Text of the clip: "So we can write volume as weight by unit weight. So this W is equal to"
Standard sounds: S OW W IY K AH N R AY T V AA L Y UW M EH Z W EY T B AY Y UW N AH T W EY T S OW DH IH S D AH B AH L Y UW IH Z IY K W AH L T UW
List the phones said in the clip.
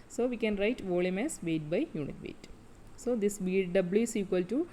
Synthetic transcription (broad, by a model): S OW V IY K AH N R AY T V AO L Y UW M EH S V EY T B AY Y UW N AH T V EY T S OW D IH S D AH B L Y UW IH S IY K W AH L T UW